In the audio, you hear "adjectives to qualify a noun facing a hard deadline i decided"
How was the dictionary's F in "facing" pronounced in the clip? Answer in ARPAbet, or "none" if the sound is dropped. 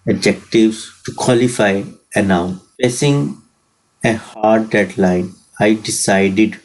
P